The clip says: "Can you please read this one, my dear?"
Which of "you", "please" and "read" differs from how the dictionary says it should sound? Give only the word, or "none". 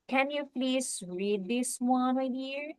please